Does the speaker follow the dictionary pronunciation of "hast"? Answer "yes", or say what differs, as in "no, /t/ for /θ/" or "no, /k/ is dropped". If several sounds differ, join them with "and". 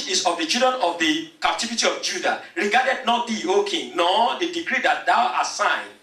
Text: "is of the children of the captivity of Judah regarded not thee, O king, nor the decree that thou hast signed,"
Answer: no, /s/ is dropped